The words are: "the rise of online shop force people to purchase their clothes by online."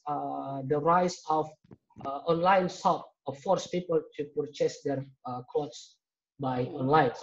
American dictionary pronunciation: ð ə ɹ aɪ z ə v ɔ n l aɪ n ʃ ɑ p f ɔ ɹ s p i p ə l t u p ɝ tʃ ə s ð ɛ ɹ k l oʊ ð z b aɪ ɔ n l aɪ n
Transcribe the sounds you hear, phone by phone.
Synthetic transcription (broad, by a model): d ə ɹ aɪ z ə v ɔ n l aɪ n s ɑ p f ɔ ɹ s p i p ə l t u p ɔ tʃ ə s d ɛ ɹ k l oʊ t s b aɪ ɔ n l aɪ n